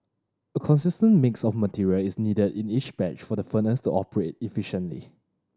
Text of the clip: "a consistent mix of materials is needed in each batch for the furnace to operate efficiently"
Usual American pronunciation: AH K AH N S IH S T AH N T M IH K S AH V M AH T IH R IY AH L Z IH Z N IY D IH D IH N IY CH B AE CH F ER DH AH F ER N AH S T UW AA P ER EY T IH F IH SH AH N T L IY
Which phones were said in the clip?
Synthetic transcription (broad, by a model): AH K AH N S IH S T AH N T M IH K S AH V M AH T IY R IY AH L IH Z N IY D IH D IH N IY CH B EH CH F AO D AH F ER N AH S T UW AA P ER EY T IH F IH SH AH N T L IY